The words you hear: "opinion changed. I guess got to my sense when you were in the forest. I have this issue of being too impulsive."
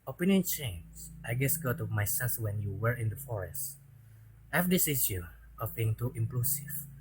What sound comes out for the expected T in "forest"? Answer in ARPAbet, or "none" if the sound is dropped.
T